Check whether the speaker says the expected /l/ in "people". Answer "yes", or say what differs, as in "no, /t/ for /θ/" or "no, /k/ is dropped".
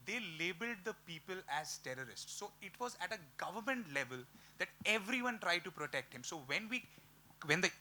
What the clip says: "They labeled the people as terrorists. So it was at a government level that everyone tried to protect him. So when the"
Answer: yes